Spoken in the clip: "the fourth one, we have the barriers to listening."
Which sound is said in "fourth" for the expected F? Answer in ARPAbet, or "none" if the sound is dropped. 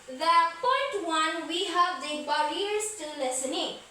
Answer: P